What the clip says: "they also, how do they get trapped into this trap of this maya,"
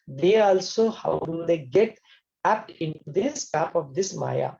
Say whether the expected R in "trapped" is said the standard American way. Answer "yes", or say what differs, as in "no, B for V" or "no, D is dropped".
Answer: no, R is dropped